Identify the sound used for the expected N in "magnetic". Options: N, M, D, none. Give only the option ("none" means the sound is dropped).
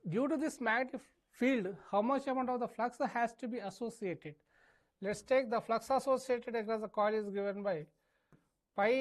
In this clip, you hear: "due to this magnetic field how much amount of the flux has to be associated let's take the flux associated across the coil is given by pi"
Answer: none